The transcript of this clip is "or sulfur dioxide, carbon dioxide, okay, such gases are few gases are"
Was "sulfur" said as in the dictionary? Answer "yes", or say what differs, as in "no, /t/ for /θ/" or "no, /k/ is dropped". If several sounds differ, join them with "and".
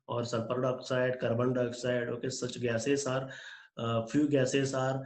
no, /p/ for /f/